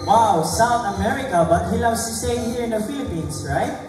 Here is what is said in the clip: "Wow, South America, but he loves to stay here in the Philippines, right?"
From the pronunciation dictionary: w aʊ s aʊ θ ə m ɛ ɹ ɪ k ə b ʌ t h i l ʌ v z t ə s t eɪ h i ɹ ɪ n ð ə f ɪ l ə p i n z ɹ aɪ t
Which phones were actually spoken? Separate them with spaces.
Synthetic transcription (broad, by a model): w aʊ s aʊ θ ə m ɛ ɹ ɪ k ə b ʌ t h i l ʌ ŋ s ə s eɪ h i ɹ ɪ n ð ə f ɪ l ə p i n s ɹ aɪ t